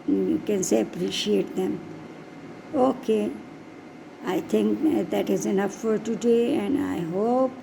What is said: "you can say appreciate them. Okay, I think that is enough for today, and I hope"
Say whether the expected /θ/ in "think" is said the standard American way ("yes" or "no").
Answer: no